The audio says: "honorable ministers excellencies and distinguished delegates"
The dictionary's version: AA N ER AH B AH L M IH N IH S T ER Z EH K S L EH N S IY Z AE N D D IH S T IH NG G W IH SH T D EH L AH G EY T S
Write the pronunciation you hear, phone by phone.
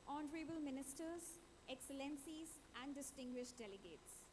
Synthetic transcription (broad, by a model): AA N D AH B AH L M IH N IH S T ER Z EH K S L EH N S IY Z AE N D D IH S T IH NG G W IH SH T D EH L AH G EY T S